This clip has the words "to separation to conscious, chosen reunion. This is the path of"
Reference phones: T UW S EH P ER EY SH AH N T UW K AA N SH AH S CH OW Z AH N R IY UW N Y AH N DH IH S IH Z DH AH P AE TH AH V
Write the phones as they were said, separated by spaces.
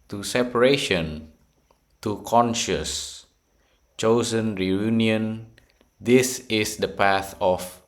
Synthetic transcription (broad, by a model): T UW S EH P ER EY SH AH N T UW K AA N SH AH S CH OW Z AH N R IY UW N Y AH N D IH S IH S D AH P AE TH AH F